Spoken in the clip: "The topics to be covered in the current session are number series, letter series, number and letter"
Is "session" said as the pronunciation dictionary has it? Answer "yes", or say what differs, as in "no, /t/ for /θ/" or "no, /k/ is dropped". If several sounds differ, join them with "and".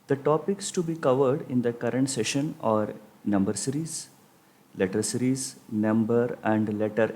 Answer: yes